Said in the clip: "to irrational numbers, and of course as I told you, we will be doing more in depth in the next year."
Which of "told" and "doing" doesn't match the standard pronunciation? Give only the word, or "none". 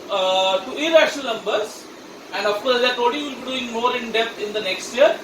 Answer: told